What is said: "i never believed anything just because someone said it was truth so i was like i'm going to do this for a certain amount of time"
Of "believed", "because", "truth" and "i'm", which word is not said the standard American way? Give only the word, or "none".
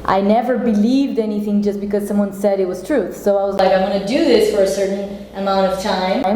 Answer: none